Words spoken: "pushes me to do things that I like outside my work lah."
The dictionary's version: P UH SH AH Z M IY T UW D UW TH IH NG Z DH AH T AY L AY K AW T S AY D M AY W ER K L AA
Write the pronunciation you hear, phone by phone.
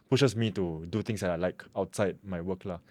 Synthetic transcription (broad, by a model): P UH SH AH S M IY T UW D UW T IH NG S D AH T AY L AY K AW T S AY D M AY W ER K L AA